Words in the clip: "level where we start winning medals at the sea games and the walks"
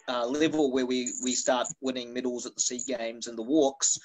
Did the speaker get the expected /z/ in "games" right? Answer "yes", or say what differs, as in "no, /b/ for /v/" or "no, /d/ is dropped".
yes